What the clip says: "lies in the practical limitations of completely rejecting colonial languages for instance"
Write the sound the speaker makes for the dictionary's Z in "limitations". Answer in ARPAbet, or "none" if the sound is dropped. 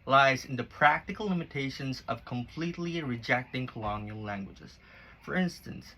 Z